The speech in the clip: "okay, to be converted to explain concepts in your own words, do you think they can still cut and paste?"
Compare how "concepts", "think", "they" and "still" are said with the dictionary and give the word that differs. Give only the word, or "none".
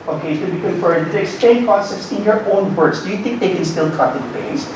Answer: concepts